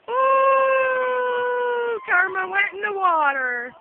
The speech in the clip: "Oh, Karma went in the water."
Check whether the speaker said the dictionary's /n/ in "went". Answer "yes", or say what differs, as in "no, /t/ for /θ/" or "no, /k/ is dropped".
no, /n/ is dropped